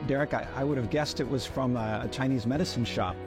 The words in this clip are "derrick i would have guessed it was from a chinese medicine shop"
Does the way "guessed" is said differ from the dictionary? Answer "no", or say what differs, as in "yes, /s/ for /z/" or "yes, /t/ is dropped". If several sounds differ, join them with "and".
no